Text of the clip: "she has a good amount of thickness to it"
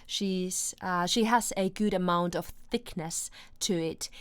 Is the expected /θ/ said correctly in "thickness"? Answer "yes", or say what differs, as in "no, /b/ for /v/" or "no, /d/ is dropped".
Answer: yes